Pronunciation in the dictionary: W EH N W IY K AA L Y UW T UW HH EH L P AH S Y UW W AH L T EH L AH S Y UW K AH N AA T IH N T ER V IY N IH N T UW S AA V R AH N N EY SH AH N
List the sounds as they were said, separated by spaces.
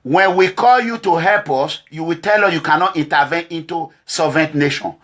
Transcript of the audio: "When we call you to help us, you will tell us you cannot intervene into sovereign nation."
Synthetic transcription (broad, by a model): W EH N W IY K AA L Y UW T UW HH EH L P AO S Y UW W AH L T EH L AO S Y UW K AH N AA T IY N T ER V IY N IH N T UW S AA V AH N N EY SH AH N